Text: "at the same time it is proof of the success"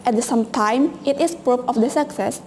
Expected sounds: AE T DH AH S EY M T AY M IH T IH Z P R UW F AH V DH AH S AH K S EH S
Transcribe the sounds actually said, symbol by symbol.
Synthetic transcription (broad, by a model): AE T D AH S EY M T AY M IH T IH S P R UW P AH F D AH S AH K S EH S